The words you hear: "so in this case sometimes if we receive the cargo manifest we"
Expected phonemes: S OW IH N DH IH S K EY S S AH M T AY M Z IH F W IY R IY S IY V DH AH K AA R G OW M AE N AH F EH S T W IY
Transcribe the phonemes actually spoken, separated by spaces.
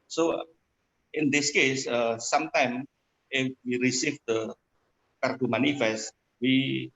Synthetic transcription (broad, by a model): S OW IH N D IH S K EY S S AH M T AY M IH F W IY R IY S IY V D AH K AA R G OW M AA N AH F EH S T W IY